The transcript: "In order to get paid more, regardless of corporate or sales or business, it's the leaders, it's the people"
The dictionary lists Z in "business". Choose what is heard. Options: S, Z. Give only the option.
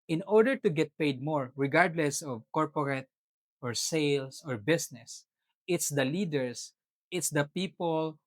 S